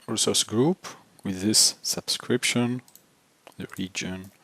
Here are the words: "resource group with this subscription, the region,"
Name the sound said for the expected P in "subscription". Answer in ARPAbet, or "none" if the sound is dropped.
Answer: P